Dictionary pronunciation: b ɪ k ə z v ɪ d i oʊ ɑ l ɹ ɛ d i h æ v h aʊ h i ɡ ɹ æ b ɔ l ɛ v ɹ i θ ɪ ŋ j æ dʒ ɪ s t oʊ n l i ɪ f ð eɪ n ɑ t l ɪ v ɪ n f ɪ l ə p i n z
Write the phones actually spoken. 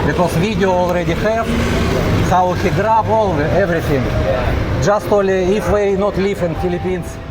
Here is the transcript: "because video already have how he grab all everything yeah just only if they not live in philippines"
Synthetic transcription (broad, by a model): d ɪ k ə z v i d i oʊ ɑ l ɹ ɛ d i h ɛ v h aʊ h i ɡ ɹ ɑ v ɔ l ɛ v ɹ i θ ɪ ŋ dʒ ɪ s t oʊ l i ɪ f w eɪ n ɑ t l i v ɪ n f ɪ l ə p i n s